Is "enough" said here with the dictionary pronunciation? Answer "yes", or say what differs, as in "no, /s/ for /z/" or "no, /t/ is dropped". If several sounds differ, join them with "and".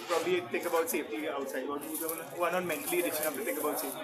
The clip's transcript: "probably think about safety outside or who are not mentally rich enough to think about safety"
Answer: no, /p/ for /f/